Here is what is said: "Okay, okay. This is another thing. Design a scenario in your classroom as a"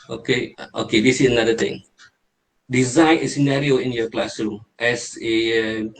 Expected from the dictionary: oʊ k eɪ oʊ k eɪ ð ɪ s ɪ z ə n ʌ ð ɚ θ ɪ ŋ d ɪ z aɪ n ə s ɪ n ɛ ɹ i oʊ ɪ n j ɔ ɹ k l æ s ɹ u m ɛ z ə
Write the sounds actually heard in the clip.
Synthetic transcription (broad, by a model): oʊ k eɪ oʊ k eɪ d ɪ s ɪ s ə n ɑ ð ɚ t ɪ ŋ d ɪ z aɪ n ə s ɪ n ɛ ɹ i oʊ ɪ n j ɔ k l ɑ s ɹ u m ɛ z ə